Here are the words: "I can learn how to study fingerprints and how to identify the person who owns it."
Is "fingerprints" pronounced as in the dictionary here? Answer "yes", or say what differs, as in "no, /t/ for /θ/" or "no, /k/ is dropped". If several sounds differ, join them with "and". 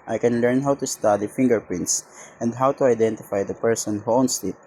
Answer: yes